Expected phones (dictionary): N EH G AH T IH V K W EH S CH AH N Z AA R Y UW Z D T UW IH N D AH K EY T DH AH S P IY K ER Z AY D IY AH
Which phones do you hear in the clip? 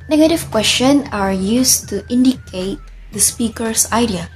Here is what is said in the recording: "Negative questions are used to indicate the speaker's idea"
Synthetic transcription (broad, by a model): N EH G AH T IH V K W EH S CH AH N AA R Y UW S T UW IH N D AH K EY T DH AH S P IY K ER S AY D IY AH